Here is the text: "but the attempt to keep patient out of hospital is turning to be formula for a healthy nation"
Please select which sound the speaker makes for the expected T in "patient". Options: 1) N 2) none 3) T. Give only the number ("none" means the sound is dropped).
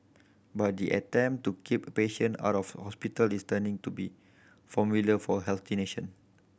2